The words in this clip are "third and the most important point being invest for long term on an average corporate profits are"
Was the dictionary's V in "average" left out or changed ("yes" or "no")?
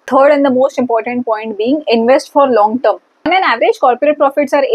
no